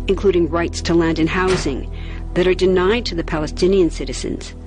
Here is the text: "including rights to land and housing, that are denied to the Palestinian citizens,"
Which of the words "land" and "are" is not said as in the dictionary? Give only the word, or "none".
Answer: none